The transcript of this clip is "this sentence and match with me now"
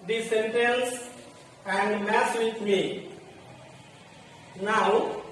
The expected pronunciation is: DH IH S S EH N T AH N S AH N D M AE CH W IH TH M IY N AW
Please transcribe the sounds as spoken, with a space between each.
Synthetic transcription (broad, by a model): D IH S S EH N T AH N S AH N D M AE S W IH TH M IY N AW